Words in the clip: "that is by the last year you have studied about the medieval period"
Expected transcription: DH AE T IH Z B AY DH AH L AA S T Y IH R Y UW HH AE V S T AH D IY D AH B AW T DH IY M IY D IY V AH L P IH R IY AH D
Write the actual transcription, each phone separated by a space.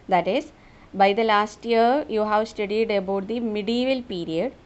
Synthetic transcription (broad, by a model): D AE T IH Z B AY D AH L AA S T Y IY R Y UW HH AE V S T AH D IY D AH B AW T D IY M IY D IY V AH L P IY R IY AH D